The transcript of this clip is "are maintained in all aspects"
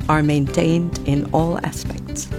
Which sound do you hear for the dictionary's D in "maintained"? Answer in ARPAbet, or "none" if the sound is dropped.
D